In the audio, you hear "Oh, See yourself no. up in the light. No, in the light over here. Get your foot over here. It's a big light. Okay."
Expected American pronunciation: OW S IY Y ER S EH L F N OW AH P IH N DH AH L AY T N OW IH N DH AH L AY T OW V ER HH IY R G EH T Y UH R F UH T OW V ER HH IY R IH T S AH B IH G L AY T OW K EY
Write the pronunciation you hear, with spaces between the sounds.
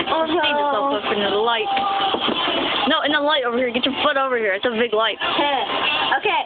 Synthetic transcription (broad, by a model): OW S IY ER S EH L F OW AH IH N DH AH L AY T N OW IH N DH AH L AY T OW V ER HH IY R G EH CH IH F UH T OW V ER HH IY R IH T S AH B IH G L AY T OW K EY